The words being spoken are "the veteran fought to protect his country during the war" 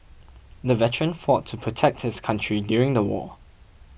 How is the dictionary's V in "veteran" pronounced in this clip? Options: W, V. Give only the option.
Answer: V